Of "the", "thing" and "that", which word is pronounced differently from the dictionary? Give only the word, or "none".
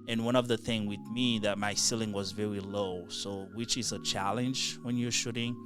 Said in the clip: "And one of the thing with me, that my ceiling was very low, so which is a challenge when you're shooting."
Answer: none